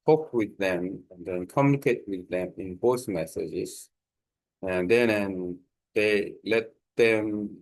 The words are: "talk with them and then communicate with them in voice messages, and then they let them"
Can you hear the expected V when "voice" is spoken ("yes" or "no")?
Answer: no